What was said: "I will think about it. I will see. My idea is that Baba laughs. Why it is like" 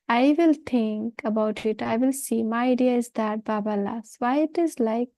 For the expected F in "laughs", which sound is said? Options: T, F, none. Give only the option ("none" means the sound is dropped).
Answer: none